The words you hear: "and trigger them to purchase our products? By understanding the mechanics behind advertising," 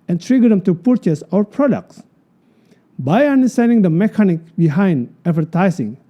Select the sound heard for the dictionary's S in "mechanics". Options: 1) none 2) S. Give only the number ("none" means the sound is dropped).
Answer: 1